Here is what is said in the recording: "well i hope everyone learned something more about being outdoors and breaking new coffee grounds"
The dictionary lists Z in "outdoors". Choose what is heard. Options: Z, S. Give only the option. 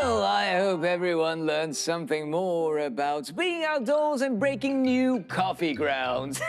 Z